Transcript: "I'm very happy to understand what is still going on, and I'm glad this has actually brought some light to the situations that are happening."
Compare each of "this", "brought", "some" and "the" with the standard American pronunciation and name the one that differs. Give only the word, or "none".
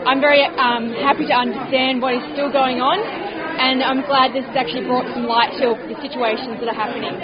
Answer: none